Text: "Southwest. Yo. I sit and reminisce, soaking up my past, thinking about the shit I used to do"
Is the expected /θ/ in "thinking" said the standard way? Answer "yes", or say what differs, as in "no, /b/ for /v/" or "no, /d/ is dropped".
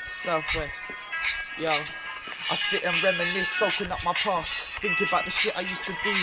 yes